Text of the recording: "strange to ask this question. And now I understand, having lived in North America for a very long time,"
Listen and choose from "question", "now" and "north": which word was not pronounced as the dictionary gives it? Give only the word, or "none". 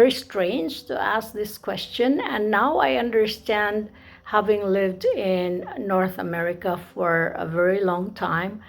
none